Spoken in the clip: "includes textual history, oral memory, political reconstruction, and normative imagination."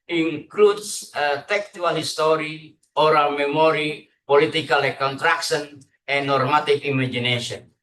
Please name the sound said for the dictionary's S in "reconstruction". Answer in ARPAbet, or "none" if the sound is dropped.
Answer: none